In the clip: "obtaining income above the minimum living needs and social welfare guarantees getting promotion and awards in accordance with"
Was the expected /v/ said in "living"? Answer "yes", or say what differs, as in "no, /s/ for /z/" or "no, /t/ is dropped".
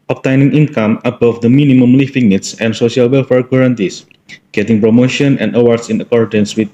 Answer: no, /f/ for /v/